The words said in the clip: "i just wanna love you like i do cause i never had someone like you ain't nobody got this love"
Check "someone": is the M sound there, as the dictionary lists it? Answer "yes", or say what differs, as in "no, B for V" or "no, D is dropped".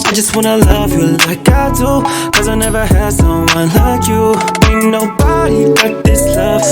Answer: no, M is dropped